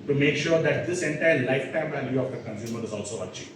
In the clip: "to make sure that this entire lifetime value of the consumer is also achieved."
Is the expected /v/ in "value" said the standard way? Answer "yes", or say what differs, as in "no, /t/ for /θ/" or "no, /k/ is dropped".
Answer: yes